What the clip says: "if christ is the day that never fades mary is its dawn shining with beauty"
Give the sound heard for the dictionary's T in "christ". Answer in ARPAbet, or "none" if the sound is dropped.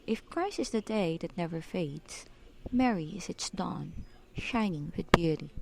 none